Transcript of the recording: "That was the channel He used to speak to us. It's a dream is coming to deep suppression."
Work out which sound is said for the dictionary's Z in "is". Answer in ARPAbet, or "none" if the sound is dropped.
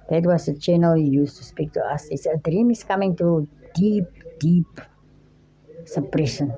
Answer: S